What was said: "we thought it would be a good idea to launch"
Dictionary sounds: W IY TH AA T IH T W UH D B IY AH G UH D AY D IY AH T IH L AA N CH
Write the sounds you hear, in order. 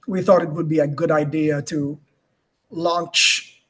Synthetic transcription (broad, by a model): W IY TH AA T IH T W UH D B IY AH G UH D AY D IY AH T IH L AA N CH